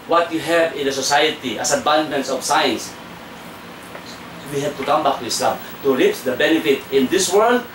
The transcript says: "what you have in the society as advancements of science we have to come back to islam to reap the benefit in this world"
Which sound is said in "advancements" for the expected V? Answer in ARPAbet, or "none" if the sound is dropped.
B